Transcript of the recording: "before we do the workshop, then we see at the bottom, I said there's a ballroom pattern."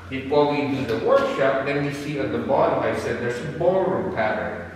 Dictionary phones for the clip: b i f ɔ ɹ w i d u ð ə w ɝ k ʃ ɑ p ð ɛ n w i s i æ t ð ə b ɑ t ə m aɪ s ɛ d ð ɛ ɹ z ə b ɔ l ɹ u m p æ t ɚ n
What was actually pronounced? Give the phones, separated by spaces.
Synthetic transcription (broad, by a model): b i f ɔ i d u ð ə w ɝ k ʃ ɑ p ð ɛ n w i s i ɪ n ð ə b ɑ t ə ɪ s ɛ d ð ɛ ɹ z ə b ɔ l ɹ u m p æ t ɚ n